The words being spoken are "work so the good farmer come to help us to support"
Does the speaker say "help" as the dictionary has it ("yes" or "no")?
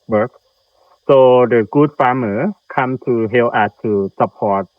no